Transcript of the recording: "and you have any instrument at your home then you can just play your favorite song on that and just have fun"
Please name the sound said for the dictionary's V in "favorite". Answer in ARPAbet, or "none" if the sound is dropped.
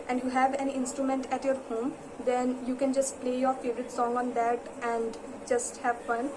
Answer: V